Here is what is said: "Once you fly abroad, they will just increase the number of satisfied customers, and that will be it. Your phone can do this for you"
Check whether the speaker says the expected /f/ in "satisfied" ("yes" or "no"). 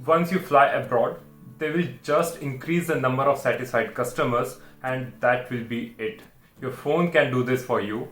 no